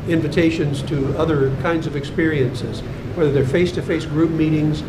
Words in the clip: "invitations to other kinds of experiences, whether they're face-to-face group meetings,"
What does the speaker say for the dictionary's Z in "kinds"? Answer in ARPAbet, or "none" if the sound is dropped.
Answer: Z